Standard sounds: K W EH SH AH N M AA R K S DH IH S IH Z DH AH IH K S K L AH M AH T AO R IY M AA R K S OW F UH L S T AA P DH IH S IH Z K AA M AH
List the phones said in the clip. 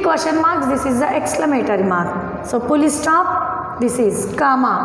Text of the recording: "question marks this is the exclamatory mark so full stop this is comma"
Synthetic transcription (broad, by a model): K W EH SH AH N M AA R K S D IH S IH Z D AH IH K S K L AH M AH T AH R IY M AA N S OW P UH L S T AA P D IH S IH Z K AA M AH